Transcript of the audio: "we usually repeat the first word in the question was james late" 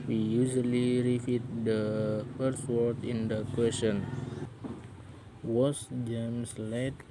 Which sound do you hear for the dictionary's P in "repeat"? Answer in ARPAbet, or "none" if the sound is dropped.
F